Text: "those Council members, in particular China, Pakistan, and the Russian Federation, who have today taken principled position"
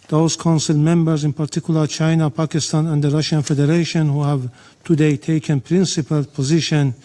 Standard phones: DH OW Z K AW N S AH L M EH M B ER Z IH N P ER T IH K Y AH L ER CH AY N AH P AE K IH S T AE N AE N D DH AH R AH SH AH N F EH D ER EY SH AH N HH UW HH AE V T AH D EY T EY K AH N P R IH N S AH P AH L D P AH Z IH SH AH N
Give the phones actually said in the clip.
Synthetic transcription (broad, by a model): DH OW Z K AW N S AH L M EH M B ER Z IH N P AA T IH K Y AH L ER CH AY N AH P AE K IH S T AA N AE N D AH R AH SH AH N F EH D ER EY SH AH N HH UW HH AE V T AH D EY T EY K AH N P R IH N S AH P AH L P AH Z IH SH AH N